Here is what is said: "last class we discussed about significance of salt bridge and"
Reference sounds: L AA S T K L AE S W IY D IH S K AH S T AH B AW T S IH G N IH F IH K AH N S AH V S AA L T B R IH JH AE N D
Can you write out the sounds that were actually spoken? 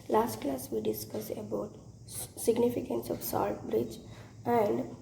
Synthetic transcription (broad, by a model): L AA S T K L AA S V IY D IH S K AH S AH B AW T S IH G N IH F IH K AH N S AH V S AA L T B R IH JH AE N D